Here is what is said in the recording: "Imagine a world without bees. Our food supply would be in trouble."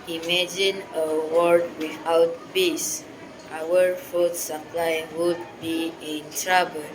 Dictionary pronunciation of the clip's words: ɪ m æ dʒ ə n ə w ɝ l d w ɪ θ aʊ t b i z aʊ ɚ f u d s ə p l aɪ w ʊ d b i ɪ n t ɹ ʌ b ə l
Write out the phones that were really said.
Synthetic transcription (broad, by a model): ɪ m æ dʒ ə n ə w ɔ d w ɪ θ aʊ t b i s aʊ ɚ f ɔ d s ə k l aɪ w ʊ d b i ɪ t ɹ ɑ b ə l